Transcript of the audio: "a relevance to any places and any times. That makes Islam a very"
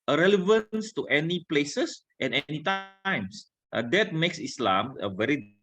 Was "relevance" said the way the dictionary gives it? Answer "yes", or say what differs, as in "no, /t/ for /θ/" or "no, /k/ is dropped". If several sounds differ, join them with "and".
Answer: yes